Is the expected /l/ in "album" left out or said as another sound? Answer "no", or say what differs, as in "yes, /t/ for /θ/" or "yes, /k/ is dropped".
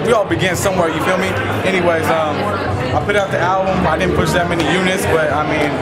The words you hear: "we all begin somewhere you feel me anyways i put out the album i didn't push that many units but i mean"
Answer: no